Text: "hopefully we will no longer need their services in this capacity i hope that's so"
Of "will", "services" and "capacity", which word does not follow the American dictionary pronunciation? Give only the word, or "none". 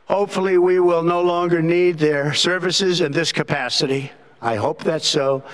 none